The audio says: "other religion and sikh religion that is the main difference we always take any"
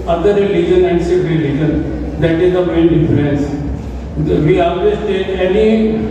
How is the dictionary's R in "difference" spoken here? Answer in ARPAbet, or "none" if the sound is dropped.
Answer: L